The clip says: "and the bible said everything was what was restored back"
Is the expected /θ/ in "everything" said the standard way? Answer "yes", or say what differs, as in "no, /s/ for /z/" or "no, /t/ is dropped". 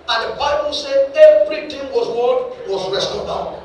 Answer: no, /t/ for /θ/